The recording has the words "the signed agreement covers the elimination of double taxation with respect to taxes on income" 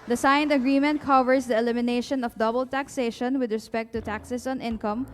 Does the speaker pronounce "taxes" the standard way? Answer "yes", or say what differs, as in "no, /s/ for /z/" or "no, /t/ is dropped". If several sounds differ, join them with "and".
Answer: no, /s/ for /z/